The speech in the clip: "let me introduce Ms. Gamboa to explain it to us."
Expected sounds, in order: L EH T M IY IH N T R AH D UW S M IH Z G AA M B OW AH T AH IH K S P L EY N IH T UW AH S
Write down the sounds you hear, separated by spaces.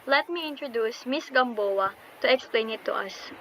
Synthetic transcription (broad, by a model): L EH T M IY IH N T R AH D UW S M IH S G AA M B OW AH T AH IH K S P L EY N IH T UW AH S